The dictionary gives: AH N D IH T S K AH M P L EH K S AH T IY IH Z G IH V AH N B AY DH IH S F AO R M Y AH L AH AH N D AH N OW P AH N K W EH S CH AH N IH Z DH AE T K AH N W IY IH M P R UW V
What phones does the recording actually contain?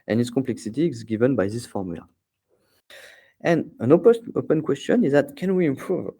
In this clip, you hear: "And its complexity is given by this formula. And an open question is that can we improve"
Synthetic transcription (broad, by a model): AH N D IH T S K AH M P L EH K S AH T IY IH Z G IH V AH N B AY DH IH S F AO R M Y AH L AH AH N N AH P OW P AH N K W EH S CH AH N IH Z DH AE T K AH N W IY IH M P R UW V